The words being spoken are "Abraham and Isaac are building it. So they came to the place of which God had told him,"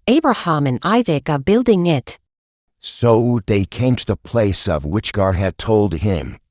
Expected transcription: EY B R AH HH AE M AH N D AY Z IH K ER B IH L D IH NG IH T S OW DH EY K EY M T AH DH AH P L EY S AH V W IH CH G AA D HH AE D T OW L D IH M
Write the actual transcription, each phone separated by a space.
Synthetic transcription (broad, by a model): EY B R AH HH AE M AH N AY Z IH K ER B IH L D IH NG IH T S OW DH EY K EY M T AH DH AH P L EY S AH V W IH CH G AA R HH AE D T OW L D IH M